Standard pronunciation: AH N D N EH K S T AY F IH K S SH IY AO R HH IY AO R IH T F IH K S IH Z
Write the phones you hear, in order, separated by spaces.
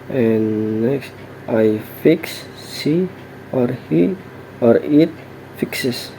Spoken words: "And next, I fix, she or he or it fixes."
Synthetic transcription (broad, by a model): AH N N EH K S T AY F IH K S S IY AO R HH IY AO R IH T F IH K S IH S